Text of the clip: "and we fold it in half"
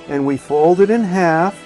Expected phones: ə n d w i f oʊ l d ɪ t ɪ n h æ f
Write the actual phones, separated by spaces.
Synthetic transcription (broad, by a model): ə n w i f oʊ l d ɪ t ɪ n h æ f